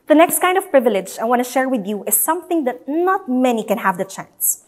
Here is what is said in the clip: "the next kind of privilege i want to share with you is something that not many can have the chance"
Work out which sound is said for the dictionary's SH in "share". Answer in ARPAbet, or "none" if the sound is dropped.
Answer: SH